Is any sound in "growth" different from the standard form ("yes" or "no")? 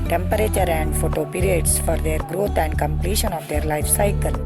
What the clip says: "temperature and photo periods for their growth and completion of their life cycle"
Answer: yes